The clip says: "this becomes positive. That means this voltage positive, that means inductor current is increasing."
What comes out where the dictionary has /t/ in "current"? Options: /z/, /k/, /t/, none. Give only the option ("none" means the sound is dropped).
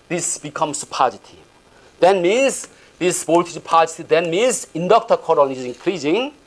none